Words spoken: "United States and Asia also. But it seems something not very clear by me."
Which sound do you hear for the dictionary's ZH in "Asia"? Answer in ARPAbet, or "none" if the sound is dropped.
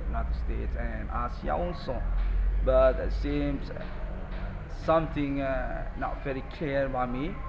S